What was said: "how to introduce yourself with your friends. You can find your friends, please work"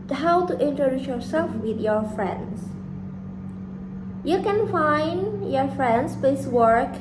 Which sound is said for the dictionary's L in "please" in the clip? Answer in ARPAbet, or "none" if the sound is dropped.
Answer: none